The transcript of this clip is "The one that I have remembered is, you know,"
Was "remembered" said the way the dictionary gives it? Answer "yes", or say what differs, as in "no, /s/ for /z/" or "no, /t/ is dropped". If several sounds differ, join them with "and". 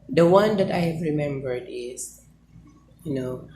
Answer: yes